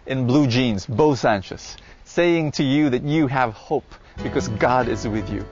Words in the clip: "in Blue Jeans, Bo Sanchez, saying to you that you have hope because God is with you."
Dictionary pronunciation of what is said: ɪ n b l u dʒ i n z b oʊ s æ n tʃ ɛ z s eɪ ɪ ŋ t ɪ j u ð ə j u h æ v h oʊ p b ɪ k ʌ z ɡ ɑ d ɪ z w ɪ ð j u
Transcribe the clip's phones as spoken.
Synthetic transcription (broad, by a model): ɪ n b l u dʒ i n z b oʊ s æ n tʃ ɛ s eɪ ɪ ŋ t ɪ j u ð ə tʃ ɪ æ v h oʊ p b ɪ k ʌ z ɡ ɑ d ɪ z w ɪ ð j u